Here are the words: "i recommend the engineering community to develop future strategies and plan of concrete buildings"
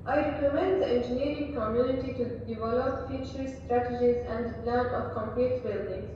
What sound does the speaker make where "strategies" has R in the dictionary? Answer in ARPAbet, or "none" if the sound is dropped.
R